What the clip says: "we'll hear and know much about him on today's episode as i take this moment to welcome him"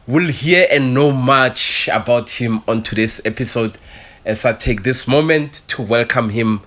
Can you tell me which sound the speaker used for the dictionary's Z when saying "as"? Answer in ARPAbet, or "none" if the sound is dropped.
S